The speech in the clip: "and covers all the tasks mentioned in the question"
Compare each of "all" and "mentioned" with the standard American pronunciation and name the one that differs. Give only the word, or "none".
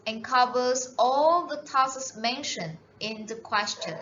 mentioned